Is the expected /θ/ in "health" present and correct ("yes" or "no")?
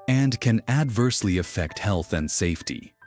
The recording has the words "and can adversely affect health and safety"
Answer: yes